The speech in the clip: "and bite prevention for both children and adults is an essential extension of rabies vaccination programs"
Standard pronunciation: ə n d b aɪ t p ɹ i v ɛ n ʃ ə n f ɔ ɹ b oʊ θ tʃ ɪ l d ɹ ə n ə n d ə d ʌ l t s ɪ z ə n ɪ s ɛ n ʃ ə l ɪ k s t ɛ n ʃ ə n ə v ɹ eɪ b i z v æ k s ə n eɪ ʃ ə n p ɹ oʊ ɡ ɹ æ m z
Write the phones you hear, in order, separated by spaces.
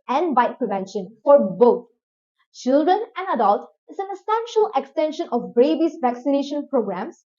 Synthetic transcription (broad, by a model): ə n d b aɪ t p ɹ i v ɛ n ʃ ə n f ɔ ɹ b oʊ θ tʃ ɪ l d ɹ ə n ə n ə d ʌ l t ɪ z ə n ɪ s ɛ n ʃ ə l ɪ k s t ɛ n ʃ ə n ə b ɹ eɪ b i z v æ k s ə n eɪ ʃ ə n p ɹ oʊ ɡ ɹ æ m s